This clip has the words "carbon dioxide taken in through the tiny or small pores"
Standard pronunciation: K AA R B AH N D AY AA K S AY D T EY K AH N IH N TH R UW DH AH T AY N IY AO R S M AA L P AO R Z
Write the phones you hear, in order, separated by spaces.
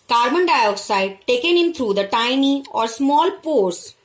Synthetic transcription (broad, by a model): K AA R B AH N D AY AA K S AY D T EY K AH N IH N T R UW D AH T AY N IY AO R S M AA L P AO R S